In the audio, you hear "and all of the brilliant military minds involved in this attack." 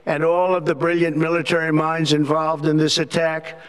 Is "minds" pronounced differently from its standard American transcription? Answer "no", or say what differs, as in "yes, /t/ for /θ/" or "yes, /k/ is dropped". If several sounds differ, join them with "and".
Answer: no